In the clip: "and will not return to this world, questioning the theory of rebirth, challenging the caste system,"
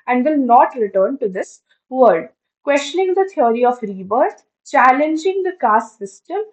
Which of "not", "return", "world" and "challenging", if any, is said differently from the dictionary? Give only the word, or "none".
world